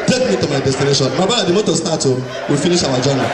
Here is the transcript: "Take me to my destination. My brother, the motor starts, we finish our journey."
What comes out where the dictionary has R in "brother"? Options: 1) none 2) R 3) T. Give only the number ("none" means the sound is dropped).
1